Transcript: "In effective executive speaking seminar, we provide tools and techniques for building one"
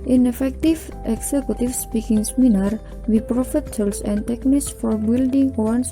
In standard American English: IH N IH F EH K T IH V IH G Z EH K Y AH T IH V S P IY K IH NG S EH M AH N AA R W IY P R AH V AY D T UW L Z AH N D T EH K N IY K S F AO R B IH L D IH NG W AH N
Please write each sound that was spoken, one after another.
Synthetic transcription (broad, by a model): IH N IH F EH K T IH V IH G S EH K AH T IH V S P IY K IH NG S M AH N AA R W IY P R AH F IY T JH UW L S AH N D T EH K N IY K S F AO R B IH L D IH NG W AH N